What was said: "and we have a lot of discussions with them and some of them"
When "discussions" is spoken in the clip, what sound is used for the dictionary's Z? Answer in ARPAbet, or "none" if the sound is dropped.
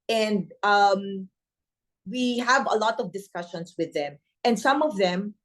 S